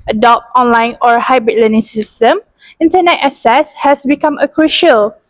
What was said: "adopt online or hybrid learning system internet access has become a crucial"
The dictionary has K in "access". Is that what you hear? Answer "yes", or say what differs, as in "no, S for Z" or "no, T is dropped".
no, K is dropped